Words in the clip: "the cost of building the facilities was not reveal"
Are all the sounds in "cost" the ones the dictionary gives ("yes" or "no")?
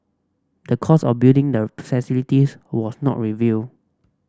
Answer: no